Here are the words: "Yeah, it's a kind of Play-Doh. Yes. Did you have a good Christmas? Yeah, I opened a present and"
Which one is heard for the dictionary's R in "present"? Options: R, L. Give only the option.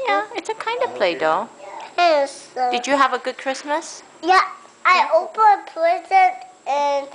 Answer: L